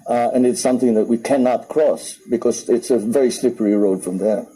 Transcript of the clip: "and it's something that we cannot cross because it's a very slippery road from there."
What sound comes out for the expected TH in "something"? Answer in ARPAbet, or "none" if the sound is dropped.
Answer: TH